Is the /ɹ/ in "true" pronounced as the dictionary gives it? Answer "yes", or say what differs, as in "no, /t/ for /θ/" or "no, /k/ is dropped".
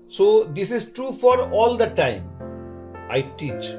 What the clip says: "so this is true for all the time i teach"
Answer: yes